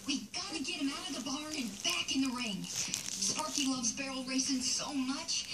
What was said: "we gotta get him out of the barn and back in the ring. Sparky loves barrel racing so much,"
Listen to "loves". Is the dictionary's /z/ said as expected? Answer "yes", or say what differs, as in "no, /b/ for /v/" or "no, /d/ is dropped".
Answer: yes